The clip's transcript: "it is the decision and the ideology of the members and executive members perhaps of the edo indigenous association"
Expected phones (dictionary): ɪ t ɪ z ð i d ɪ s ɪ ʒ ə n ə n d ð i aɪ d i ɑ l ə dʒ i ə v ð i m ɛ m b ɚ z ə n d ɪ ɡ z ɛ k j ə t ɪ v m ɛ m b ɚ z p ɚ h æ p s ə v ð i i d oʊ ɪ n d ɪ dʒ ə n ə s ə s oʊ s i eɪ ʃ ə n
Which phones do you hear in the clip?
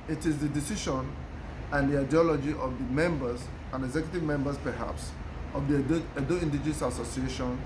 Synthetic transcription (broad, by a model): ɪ t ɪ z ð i d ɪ s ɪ ʃ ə n ə n d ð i aɪ d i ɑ l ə dʒ i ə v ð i m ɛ m b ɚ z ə n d ɪ ɡ z ɛ k j ə t ɪ v m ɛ m b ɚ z p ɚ h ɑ p s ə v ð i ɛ d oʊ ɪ n d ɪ dʒ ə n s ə s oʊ s i eɪ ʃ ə n